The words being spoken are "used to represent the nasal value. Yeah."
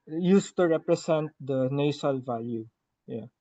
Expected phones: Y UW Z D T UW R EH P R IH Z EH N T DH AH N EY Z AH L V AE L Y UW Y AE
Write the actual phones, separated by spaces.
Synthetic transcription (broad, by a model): Y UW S T UW R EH P R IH S EH N T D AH N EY S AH L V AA L Y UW Y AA